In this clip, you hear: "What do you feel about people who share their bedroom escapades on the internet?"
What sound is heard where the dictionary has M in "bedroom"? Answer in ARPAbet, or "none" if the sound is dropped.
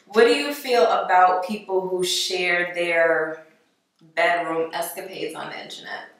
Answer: M